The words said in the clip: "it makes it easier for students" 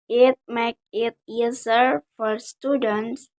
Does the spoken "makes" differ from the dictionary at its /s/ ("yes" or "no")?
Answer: yes